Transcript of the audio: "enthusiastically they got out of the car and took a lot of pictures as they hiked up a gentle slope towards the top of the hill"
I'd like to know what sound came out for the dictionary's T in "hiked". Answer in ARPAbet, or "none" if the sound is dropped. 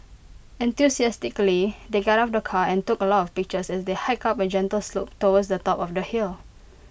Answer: none